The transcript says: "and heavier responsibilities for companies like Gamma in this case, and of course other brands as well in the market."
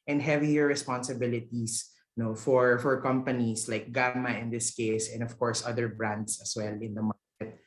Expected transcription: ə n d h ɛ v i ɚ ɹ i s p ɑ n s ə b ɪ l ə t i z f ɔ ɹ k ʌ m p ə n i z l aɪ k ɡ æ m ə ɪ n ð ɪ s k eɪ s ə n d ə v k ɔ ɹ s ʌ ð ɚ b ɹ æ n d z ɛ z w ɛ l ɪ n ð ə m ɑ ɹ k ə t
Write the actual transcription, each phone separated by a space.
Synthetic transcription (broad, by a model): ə n d h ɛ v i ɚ ɹ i s p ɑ n s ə b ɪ l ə t i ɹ f ɔ ɹ k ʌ m p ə n i s l aɪ k ɡ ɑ m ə ɪ n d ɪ s k eɪ s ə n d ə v k ɔ ɹ s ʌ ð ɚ b ɹ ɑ n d s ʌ s w ɛ l ɪ n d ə m ɑ ɹ k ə t